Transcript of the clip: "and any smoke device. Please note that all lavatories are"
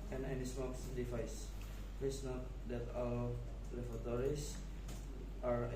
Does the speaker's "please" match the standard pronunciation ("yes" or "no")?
no